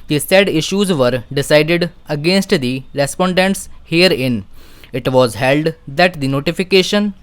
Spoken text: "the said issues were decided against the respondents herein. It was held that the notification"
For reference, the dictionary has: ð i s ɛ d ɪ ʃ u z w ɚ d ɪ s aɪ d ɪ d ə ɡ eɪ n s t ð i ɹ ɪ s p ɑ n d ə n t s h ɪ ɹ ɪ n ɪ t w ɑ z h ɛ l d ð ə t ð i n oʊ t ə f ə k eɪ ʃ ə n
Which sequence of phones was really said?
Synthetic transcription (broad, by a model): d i s ɛ d ɪ ʃ u z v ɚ d ɪ s aɪ d ɪ d ə ɡ eɪ n s t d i ɹ ɪ s p ɑ n d ə n t s h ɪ ɹ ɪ n ɪ t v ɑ z h ɛ l d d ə t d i n oʊ t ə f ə k eɪ ʃ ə n